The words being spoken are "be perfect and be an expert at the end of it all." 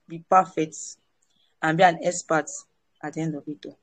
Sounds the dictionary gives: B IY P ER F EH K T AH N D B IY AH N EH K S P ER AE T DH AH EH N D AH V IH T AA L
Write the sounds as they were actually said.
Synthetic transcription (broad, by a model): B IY P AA F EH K T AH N B IY AH N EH S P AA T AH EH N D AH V IH T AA